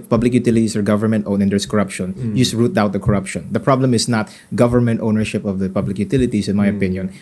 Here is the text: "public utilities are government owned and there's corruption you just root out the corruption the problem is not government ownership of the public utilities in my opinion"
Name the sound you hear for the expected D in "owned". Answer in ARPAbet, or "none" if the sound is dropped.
none